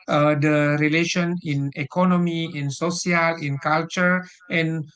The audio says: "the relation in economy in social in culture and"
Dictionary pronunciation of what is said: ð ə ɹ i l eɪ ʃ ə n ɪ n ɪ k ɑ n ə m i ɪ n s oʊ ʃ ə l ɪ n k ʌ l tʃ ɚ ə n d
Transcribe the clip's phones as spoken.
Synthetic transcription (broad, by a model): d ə ɹ i l eɪ ʃ ə n ɪ n ɪ k ɑ n ə m i ɪ n s oʊ s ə l ɪ n k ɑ l tʃ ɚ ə n